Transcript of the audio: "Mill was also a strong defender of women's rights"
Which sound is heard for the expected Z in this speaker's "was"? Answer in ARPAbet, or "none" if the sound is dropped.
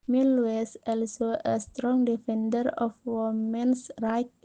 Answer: S